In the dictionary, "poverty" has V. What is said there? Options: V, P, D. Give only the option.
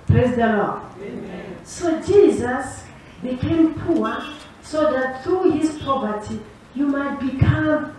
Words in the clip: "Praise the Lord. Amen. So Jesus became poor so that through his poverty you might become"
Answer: P